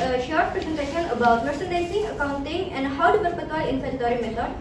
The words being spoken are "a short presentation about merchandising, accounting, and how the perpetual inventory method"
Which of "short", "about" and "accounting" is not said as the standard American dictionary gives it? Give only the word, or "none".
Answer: none